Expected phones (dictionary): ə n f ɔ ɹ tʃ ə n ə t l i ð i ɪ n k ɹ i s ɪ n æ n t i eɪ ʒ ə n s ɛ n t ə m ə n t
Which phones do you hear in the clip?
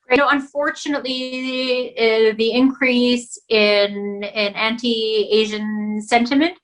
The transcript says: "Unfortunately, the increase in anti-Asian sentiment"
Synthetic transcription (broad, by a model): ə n f ɔ ɹ tʃ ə n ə t l i ð i ɪ n k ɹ i s ɪ n æ n t i eɪ ʒ ə n s ɛ n t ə m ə n t